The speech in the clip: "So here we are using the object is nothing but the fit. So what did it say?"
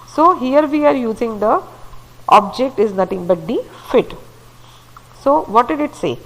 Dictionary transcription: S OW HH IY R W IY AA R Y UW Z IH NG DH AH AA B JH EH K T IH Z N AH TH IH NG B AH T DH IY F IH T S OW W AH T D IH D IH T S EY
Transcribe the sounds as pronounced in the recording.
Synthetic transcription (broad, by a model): S OW HH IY R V IY AA R Y UW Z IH NG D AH AA B JH EH K T IH Z N AH T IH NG B AH T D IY F IH T S OW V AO T D IH D IH T S EY